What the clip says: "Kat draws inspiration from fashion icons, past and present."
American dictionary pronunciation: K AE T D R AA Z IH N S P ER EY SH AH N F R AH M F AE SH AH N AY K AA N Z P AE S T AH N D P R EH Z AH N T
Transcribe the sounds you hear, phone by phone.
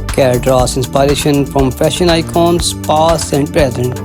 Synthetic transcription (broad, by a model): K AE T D R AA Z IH N S P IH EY SH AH N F R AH M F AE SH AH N AY K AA N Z P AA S AH N D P R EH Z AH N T